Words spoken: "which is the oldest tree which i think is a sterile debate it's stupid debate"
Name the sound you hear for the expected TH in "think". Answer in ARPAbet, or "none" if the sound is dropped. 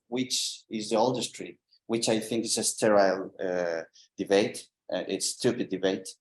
TH